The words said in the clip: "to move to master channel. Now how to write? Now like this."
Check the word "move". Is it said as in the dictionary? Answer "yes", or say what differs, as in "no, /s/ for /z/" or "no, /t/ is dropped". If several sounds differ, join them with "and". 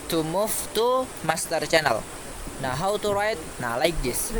no, /f/ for /v/